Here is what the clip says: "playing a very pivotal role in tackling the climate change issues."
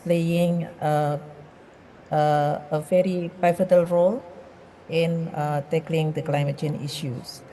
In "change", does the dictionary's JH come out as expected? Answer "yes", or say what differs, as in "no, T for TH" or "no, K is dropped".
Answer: no, JH is dropped